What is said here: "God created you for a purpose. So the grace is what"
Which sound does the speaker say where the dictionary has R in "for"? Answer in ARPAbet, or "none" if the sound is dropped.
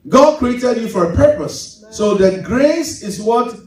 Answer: R